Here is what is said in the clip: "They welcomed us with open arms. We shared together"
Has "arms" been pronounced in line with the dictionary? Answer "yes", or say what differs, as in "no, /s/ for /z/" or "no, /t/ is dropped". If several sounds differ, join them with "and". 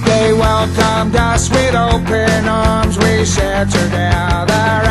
yes